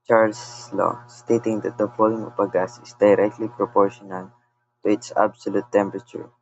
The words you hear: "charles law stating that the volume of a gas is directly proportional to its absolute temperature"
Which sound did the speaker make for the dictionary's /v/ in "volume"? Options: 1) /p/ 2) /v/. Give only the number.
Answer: 1